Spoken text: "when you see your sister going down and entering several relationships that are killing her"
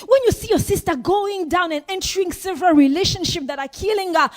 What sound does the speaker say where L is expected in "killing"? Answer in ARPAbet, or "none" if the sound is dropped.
L